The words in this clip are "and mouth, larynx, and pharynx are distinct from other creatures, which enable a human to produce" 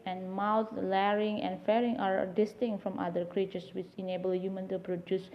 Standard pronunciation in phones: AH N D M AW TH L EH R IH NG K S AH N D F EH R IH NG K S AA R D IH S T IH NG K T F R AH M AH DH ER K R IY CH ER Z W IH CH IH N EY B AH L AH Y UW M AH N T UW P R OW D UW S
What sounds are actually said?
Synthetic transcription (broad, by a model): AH N M AW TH L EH R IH NG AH N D F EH R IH NG AA R D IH S T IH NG T F R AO M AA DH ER K R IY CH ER S W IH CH IH N EY B AH L Y UW M AH N T UW P R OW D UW S